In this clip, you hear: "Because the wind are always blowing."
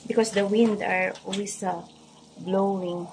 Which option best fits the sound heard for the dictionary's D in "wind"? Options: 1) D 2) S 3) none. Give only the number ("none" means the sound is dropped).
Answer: 1